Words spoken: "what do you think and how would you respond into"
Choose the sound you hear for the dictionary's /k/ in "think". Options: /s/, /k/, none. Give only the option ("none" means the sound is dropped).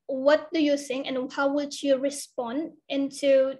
none